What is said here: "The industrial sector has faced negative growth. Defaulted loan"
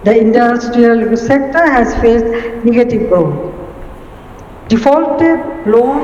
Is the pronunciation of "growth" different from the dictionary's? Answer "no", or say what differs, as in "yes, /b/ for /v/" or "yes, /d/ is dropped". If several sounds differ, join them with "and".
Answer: yes, /ɹ/ is dropped